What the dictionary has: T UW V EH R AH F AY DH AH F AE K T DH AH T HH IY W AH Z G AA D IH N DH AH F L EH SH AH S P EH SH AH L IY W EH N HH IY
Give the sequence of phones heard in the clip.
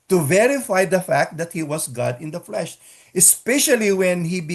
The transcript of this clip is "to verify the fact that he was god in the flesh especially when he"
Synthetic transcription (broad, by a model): T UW V EH R AH F AY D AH F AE K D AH T HH IY W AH S G AA D IH N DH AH F L EH SH AH S P EH SH AH L IY W EH N HH IY